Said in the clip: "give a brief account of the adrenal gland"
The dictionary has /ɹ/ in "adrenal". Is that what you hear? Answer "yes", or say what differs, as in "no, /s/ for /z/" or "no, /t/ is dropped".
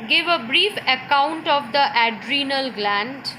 yes